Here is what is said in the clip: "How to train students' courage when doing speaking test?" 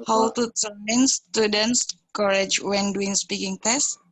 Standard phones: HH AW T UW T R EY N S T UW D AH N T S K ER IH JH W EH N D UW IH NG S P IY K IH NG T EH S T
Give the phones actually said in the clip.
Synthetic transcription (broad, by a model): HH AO T UW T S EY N S T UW D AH N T S K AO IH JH W EH N D UW IH NG S P IY K IH NG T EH S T